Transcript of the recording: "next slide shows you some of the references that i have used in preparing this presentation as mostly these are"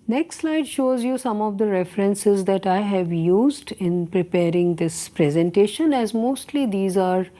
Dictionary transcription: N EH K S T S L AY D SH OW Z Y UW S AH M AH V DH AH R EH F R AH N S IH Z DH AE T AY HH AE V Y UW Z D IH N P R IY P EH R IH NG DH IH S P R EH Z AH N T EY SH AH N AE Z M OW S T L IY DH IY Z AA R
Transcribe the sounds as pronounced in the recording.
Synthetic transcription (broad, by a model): N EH K S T S L AY D SH OW Z Y UW S AH M AH V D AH R EH F R AH N S IH Z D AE T AY HH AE V Y UW Z D IH N P R IY P EH R IH NG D IH S P R EH Z AH N T EY SH AH N AE Z M OW S T L IY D IY Z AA R